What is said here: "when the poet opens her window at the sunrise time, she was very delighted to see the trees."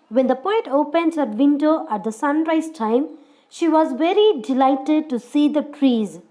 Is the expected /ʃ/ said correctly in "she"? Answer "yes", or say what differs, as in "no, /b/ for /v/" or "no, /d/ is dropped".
yes